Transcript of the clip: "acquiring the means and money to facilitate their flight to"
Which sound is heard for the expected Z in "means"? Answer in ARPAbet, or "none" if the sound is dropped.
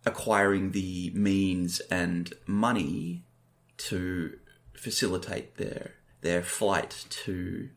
Z